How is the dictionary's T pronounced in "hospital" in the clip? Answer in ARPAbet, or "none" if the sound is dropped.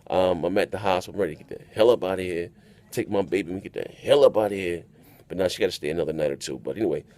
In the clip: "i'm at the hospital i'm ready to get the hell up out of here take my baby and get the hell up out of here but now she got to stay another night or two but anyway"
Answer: S